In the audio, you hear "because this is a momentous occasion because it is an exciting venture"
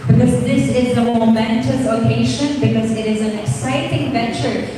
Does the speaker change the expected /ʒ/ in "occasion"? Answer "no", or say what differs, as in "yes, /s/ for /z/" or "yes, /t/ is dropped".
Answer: yes, /ʃ/ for /ʒ/